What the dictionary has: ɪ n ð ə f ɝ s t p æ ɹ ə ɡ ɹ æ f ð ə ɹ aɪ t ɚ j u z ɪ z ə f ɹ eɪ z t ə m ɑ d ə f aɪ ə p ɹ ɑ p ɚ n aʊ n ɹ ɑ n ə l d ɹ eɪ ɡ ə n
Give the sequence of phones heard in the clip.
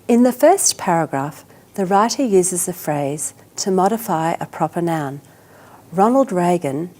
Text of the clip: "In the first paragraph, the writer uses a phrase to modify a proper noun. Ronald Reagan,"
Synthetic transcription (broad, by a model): ɪ n ð ə f ɝ s p æ ɹ ə ɡ ɹ æ f ð ə ɹ aɪ t ɚ j u z ɪ z ə f ɹ eɪ z t ə m ɑ d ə f aɪ ə p ɹ ɑ p ɚ n aʊ n ɹ ɑ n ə l d ɹ eɪ ɡ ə n